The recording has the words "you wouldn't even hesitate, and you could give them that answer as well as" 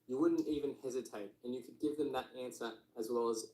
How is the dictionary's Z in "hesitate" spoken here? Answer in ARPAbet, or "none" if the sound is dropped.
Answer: Z